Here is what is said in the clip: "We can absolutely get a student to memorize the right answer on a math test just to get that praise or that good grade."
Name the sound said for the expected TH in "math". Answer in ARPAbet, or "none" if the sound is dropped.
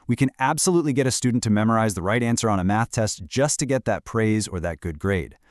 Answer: TH